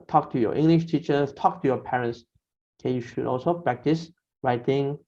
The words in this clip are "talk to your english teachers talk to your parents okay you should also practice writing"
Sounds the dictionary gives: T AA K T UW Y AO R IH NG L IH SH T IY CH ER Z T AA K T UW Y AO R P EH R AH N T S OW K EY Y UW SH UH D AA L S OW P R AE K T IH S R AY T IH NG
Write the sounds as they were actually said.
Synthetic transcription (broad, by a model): T AA K T UW Y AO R IH NG L IH SH T IY CH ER T AA K T UW Y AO P EH R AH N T S K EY Y UW SH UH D AA L S OW P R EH K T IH S R AY T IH NG